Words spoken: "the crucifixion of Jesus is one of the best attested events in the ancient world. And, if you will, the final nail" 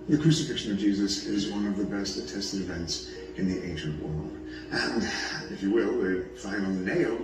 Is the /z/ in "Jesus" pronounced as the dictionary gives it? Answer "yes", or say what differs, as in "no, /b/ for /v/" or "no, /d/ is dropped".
yes